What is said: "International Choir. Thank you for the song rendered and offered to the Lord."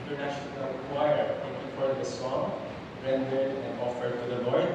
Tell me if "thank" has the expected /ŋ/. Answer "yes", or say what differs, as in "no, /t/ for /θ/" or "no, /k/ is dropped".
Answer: no, /ŋ/ is dropped